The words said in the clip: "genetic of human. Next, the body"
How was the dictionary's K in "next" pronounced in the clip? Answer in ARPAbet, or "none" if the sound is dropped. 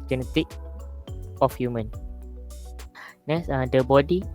none